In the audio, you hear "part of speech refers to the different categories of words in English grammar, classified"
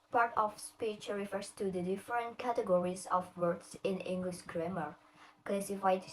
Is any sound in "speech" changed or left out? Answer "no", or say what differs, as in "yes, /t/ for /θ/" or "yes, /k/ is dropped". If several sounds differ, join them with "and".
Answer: no